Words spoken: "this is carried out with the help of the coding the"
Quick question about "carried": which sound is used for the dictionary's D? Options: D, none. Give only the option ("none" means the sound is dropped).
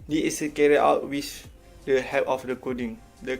none